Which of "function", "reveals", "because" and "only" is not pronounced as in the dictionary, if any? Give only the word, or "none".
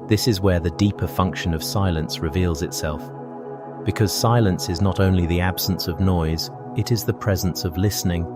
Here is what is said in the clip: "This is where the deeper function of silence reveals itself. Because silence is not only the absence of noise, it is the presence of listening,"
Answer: none